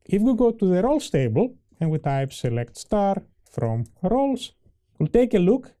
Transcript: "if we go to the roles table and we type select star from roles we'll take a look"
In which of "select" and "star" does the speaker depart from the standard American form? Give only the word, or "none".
none